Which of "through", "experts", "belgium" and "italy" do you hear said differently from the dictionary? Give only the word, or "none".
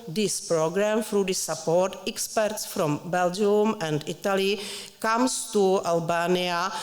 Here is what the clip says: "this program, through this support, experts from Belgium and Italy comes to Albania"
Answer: through